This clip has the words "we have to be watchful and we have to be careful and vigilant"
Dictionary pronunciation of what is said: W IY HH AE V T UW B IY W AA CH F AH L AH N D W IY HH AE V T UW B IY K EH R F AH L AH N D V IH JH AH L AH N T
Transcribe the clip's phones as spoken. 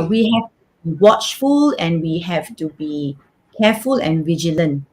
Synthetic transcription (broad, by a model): W IY HH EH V T UW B IY W AA CH F AH L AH N W IY HH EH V T UW B IY K EH F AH L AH N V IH JH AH L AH N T